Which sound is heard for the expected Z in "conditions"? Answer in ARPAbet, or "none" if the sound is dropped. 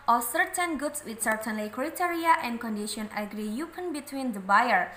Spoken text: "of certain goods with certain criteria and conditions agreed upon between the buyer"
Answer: none